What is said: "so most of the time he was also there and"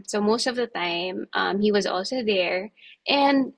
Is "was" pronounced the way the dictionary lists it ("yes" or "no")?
yes